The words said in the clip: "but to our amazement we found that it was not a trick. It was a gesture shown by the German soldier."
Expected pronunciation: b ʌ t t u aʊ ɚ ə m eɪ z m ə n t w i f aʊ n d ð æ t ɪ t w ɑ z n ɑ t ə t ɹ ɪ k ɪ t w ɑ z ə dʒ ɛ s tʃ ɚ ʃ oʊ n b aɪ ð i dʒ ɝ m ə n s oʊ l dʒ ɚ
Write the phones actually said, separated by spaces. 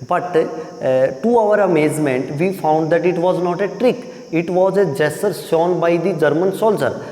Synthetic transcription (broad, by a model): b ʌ t t u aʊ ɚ ə m eɪ z m ə n t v i f aʊ n d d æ t ɪ t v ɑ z n ɑ t ə t ɹ ɪ k ɪ t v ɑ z ə dʒ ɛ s ɚ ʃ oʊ n b aɪ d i dʒ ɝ m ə n s oʊ l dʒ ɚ